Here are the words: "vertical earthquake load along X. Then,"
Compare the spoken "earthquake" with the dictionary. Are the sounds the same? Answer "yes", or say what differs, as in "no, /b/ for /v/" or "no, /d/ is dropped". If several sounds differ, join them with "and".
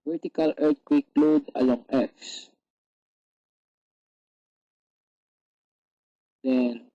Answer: no, /t/ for /θ/